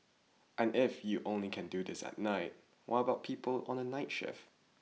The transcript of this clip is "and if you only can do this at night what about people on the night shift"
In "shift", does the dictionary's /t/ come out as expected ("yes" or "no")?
no